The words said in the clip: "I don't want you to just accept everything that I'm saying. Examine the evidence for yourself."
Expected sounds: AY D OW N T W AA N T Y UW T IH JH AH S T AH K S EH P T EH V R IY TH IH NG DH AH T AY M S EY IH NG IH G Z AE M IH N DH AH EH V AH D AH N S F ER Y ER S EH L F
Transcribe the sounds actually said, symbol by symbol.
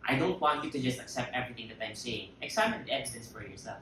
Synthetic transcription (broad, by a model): AY D OW N T W AA N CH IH T IH JH AH S T AH K S EH P T EH V R IY TH IH NG DH AH T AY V S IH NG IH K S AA IH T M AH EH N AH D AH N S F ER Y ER S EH L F